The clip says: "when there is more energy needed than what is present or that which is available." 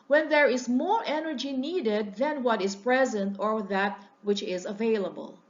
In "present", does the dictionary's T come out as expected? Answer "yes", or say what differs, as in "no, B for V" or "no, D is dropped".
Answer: yes